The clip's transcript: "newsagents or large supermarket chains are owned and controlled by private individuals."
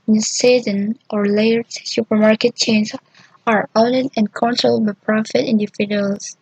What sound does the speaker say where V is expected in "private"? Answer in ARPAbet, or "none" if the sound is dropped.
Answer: F